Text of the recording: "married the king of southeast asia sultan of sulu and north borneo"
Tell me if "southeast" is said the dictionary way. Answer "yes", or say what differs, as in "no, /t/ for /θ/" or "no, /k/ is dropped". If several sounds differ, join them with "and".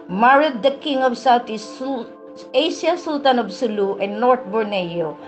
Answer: no, /t/ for /θ/ and /t/ is dropped